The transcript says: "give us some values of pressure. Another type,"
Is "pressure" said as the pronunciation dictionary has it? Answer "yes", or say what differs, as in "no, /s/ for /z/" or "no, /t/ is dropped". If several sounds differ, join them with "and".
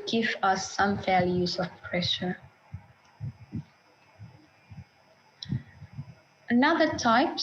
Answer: yes